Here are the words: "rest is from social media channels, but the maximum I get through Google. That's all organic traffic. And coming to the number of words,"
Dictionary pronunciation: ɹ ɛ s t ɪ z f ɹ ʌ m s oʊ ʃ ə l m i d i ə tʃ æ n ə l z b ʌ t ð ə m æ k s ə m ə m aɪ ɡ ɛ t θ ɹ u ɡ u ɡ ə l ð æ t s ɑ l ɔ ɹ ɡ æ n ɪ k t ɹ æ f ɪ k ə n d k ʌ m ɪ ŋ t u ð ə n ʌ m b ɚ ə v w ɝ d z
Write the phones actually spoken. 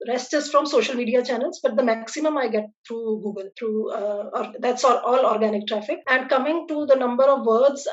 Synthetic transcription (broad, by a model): ɹ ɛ s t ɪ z f ɹ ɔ m s oʊ ʃ ə l m i d i ə tʃ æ n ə l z b ʌ t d ə m æ k s ə m ə m aɪ ɡ ɛ t t ɹ u ɡ u ɡ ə l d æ t s ɑ l ɔ ɹ ɡ æ n ɪ k t ɹ æ f ɪ k ə n d k ʌ m ɪ ŋ t u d ə n ʌ m b ɚ ə v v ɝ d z